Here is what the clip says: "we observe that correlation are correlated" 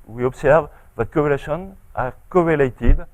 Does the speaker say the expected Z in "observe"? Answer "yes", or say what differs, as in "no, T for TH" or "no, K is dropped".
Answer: no, S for Z